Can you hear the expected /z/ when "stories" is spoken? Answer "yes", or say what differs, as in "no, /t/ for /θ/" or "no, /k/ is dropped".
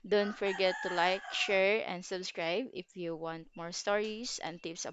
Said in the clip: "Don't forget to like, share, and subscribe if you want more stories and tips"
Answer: no, /s/ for /z/